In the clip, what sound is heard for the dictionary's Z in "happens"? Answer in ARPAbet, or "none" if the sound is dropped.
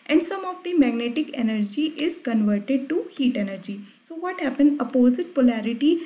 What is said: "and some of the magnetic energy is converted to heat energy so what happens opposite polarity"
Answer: none